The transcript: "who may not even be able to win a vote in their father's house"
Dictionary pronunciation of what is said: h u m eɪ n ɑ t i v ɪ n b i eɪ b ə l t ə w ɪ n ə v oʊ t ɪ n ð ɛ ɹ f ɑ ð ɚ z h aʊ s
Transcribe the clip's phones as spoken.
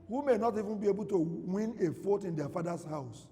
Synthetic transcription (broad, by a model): h u m eɪ n ɑ t i v ɪ n b i eɪ b ə l t ə w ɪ n ə f oʊ t ɪ n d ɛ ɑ f ɑ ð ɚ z h aʊ s